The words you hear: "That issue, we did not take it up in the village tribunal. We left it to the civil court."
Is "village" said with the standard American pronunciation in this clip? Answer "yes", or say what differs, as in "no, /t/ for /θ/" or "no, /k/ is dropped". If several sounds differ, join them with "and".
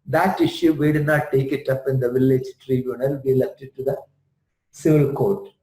yes